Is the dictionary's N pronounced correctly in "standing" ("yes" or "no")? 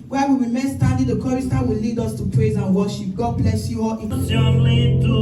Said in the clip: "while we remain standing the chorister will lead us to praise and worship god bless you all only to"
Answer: no